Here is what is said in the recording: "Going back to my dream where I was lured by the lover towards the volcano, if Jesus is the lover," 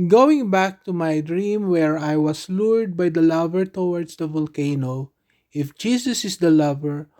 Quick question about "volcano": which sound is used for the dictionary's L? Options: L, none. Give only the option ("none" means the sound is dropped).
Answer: L